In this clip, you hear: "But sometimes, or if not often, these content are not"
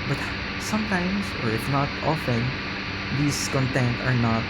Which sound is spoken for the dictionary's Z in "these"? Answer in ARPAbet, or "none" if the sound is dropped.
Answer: S